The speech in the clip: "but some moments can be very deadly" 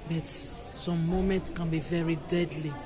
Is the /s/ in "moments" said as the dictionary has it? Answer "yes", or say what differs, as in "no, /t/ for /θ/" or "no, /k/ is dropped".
yes